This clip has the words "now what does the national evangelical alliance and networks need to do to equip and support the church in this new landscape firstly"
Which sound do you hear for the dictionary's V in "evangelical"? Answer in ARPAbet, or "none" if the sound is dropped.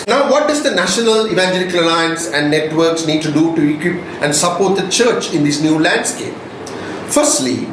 V